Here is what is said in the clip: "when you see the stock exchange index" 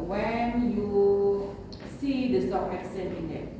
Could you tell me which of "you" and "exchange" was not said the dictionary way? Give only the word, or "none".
exchange